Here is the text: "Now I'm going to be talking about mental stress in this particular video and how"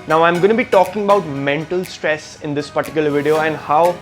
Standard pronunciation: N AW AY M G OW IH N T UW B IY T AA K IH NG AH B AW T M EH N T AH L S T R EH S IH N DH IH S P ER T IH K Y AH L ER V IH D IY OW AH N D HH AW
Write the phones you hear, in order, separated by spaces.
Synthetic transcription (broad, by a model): N AW AY M G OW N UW B IY T AA K IH NG AH B AW T M EH N T AH L S T R EH S IH N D IH S P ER T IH K Y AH L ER V IH D IY OW AH N D HH AW